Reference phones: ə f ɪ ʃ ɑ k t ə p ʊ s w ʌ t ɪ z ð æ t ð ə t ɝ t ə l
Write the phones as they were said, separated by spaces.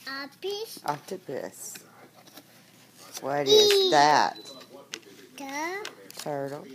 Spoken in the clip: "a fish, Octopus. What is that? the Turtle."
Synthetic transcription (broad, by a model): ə p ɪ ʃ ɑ t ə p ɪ s w ʌ t ɪ z ð æ t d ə t ɝ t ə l